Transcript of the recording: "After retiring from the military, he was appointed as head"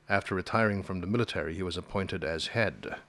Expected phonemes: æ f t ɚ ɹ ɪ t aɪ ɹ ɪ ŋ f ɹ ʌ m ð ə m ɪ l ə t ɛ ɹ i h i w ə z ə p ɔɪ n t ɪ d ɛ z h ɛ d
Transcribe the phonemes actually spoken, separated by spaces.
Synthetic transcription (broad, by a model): æ f t ɚ ɹ ɪ t aɪ ɹ ɪ ŋ f ɹ ʌ m ð ə m ɪ l ə t ɛ ɹ i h i w ə z ə p ɔɪ n t ɪ d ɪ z h ɛ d